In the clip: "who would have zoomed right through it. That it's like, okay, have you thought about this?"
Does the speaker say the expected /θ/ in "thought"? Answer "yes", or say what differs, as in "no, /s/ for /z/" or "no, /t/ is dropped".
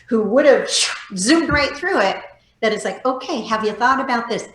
yes